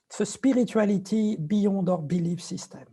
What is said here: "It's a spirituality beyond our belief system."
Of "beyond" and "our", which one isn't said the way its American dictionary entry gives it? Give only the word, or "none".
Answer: beyond